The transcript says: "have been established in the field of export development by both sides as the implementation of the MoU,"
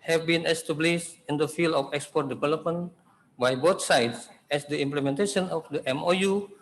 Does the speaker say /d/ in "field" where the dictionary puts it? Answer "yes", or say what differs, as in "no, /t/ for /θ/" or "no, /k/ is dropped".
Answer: no, /d/ is dropped